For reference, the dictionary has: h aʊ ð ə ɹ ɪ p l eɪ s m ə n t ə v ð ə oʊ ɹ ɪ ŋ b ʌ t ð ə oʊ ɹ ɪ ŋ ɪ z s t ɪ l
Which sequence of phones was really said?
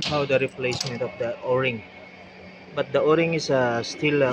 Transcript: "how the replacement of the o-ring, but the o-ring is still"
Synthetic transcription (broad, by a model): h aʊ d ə ɹ ɪ p l eɪ s m ə n t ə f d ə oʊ ɹ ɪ ŋ b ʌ t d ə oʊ ɹ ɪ ŋ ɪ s s t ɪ l